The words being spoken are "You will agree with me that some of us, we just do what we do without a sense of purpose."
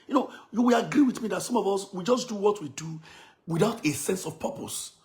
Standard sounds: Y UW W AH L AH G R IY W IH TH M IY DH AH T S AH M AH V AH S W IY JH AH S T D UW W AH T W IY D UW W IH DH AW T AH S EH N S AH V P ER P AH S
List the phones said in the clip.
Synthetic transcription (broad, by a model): Y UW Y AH W AH G R IY W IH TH M IY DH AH T S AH M AH V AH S W IY JH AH S D UW W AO T W IY D UW W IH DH AW T AH S EH N S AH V P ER P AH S